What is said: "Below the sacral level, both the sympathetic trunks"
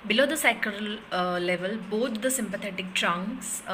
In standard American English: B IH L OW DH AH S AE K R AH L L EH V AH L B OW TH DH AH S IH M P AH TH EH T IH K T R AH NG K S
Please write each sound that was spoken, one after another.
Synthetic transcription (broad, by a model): B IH L OW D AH S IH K AH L L EH V AH L B OW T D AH S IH M P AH T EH T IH K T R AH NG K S